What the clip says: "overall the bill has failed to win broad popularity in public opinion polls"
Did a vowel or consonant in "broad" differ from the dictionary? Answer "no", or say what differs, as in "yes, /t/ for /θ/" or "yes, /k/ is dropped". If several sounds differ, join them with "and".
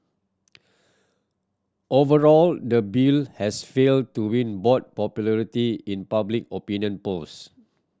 yes, /ɹ/ is dropped